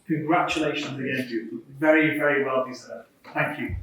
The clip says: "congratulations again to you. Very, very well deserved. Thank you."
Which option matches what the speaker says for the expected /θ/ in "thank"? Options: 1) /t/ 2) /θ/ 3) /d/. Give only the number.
2